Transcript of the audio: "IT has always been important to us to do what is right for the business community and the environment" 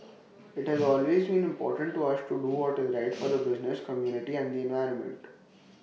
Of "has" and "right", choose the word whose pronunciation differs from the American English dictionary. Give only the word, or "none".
none